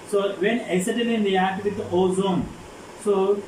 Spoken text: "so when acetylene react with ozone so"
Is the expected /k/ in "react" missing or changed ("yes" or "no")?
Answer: yes